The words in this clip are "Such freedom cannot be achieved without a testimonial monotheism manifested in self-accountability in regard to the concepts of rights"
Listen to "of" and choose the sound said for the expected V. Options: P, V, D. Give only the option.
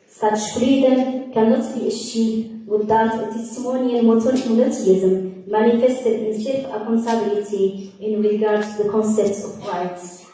P